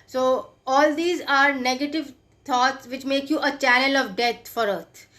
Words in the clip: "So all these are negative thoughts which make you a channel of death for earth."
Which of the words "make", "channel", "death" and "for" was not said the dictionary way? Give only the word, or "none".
death